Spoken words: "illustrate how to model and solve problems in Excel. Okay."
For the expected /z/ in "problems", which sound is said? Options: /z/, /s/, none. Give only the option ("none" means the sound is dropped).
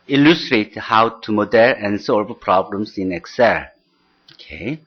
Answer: /s/